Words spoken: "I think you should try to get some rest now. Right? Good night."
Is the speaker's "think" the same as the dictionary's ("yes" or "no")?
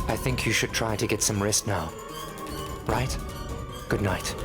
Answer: yes